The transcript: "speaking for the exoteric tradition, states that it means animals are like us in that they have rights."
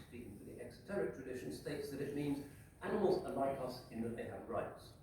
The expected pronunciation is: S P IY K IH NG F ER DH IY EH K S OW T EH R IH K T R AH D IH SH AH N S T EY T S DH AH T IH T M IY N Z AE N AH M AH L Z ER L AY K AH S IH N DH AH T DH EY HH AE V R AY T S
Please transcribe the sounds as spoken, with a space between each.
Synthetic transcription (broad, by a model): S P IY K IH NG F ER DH IY EH K S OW T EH R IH K T R AH D IH SH AH N S T EY T S DH AH T IH T M IY N Z AE N AH M AH L Z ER L AY K AH S IH N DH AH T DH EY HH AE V R AY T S